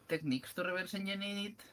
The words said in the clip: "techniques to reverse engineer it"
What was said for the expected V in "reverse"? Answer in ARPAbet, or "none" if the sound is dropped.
B